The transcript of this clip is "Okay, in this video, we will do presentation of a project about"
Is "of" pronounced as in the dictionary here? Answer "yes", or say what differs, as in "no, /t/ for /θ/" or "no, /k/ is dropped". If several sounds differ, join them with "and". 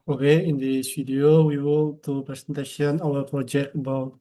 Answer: no, /w/ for /v/